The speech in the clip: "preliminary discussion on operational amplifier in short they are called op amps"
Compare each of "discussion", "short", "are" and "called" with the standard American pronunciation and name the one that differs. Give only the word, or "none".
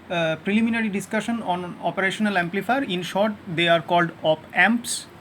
none